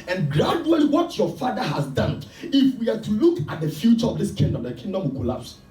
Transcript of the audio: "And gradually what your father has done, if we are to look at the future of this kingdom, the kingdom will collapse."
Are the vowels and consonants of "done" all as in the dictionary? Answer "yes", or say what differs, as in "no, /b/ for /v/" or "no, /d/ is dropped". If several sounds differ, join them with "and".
yes